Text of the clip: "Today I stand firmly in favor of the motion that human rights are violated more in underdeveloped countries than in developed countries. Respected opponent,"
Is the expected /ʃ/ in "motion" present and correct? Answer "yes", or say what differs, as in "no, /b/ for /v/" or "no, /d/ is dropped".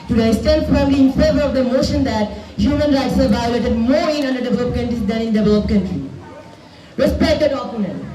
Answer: yes